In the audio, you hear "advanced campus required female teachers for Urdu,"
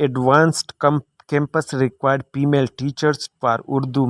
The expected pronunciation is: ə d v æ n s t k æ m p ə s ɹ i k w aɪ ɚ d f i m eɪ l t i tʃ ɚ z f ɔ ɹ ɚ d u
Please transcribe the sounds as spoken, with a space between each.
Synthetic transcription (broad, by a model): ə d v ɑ n s t k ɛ m p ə s ɹ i k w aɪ d p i m eɪ l t i tʃ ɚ s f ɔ ɹ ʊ d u